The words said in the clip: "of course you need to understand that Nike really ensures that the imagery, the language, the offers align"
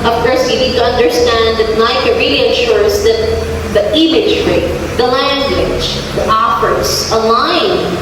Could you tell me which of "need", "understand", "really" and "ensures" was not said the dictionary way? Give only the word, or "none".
ensures